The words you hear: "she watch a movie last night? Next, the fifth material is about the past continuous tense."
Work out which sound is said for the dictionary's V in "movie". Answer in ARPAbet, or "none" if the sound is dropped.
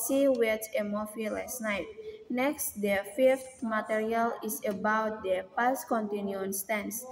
F